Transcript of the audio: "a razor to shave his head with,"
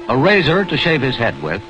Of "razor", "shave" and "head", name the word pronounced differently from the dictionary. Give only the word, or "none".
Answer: none